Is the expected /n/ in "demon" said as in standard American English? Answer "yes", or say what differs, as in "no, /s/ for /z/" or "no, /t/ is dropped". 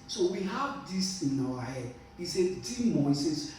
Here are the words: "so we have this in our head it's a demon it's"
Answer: no, /n/ is dropped